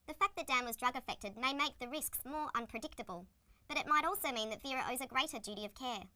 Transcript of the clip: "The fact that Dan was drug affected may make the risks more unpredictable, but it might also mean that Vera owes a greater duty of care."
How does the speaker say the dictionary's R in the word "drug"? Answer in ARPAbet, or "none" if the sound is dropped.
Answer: R